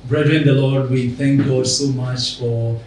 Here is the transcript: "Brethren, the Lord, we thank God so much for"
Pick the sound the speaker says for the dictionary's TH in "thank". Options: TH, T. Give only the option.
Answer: T